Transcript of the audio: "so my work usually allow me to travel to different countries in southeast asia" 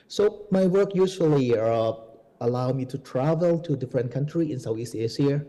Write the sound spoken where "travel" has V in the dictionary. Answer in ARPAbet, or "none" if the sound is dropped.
V